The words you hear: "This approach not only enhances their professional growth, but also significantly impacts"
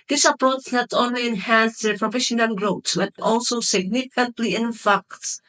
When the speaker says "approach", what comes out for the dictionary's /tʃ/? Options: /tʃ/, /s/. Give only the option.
/s/